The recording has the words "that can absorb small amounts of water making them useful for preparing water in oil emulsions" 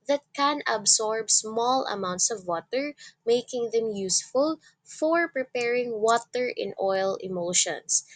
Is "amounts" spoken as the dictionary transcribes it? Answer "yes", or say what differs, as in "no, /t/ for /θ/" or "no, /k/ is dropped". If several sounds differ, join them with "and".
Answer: yes